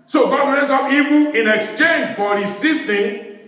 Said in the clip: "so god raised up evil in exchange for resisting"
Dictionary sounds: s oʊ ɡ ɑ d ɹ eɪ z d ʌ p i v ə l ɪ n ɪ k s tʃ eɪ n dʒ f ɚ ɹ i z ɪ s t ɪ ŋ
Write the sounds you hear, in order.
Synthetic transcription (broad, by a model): s oʊ ɡ ɑ d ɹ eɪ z ʌ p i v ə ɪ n ɪ k s tʃ eɪ n dʒ f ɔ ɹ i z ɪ s t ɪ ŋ